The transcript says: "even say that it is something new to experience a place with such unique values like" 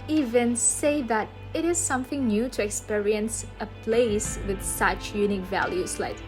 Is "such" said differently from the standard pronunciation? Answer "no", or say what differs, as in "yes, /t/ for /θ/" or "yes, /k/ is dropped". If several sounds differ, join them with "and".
no